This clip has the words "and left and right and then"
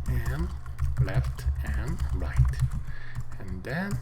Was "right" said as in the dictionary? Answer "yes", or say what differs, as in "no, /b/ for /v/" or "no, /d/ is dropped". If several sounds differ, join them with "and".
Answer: yes